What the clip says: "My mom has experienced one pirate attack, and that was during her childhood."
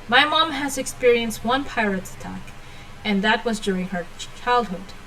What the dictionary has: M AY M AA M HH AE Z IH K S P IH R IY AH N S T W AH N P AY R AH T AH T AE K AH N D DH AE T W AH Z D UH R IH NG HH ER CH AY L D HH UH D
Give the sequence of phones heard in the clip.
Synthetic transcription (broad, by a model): M AY M AA M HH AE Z IH K S P IH R IY AH N S T W AH N P AY R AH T AH T AE K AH N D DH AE T W AH Z D UH R IH NG HH ER CH AY L D HH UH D